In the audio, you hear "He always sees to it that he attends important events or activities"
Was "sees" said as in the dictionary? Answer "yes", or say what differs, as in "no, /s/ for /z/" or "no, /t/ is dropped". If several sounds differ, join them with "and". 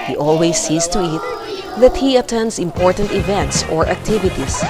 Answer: no, /s/ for /z/